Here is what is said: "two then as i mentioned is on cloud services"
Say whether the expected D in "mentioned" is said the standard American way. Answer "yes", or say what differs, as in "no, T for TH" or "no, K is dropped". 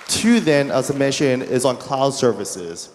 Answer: no, D is dropped